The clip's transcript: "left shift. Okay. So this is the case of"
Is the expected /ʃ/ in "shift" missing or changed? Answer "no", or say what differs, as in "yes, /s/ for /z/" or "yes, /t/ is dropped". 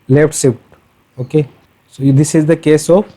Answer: yes, /s/ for /ʃ/